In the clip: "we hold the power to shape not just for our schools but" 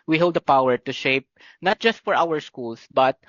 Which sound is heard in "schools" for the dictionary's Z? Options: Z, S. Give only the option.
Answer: S